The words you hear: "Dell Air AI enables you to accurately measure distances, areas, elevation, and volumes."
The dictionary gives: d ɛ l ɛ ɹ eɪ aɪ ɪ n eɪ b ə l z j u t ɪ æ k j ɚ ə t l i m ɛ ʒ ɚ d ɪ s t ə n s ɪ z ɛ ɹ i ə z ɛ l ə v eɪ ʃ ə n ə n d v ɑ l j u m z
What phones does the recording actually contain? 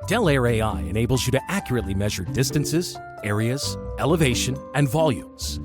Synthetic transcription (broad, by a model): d ɛ l ɛ ɹ eɪ aɪ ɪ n eɪ b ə l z j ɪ t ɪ æ k j ɚ ə t l i m ɛ ʒ ɚ d ɪ s t ə n s ɪ z ɛ ɹ i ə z ɛ l ə v eɪ ʃ ə n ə n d v ɑ l j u m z